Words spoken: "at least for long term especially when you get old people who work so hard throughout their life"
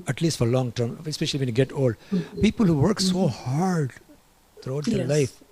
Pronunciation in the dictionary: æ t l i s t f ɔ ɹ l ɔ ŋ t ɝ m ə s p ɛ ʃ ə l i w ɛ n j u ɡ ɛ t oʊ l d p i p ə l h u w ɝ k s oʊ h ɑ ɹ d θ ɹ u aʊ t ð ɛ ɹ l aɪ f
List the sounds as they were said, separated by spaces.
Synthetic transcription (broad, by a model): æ t l i s t f ɔ ɹ l ɔ ŋ t ɝ m ə s p ɛ ʃ ə l i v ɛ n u ɡ ɛ t oʊ l d p i p ə l h u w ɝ k s oʊ h ɑ ɹ d t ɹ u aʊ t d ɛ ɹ l aɪ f